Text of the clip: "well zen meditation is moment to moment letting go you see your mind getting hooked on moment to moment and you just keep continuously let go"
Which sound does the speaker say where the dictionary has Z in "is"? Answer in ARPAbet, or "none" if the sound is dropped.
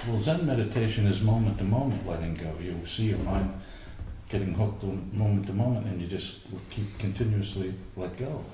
Z